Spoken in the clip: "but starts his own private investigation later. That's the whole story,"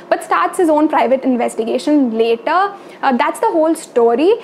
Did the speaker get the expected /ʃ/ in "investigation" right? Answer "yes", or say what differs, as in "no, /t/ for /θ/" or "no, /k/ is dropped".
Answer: yes